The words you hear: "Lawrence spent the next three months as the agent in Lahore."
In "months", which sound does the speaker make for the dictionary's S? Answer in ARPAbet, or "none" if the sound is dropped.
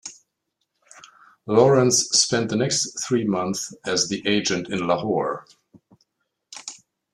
none